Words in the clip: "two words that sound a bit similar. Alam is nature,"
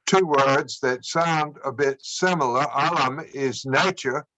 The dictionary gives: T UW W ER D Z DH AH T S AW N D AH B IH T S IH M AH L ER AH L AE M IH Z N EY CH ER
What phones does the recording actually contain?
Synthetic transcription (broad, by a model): T UW W ER D Z DH AH T S AW N D AH B IH T S IH M L ER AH L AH M IH Z N EY CH ER